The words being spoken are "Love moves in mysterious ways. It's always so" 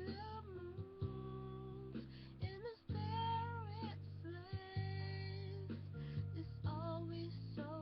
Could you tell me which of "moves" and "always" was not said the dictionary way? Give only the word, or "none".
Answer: moves